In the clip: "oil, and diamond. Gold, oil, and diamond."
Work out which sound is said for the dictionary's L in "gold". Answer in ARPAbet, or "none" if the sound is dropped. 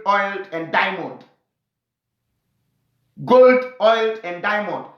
L